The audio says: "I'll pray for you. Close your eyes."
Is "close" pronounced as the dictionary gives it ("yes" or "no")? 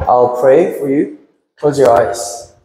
no